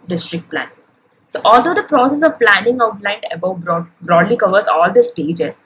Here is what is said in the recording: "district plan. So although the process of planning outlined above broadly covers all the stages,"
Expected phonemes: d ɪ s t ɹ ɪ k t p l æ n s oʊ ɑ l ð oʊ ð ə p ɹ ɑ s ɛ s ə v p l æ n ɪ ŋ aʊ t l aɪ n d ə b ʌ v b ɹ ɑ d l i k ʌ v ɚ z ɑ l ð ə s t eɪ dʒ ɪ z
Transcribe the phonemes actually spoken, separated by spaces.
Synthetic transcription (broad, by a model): d ɪ s t ɹ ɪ k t p l æ n s oʊ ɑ l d oʊ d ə p ɹ ɑ s ɛ s ə v p l æ n ɪ ŋ aʊ t l aɪ n d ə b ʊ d b ɹ ɑ d l i k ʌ v ɚ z ɑ l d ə s t eɪ dʒ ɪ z